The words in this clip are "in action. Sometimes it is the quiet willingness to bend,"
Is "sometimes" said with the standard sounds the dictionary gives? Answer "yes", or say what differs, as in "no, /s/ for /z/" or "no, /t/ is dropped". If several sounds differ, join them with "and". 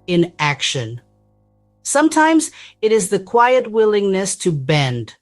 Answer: yes